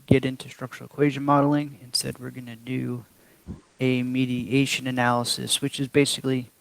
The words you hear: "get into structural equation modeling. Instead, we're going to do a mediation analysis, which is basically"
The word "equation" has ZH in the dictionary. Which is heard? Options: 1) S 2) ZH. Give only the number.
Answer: 2